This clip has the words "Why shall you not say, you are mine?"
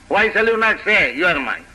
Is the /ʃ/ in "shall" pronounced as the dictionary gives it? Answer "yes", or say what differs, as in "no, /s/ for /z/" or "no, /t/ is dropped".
no, /s/ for /ʃ/